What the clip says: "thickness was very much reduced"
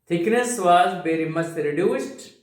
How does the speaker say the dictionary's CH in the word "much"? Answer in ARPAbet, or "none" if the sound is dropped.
S